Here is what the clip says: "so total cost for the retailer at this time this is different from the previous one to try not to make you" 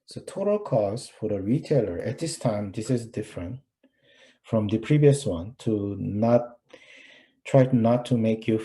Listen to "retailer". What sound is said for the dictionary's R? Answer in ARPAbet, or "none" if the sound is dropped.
R